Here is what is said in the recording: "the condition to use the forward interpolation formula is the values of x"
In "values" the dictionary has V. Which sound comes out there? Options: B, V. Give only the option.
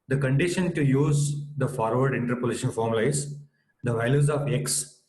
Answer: V